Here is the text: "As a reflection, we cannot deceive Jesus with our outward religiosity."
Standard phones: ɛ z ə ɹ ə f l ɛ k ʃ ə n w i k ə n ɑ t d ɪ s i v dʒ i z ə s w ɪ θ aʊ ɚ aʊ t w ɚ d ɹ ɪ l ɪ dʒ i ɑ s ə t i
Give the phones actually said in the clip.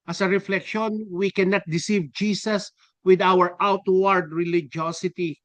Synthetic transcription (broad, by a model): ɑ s ə ɹ ə f l ɛ k ʃ ə n w i k ə n ɑ t d ɪ s i v dʒ i s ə s w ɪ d aʊ ɚ aʊ t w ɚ d ɹ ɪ l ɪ dʒ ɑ s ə t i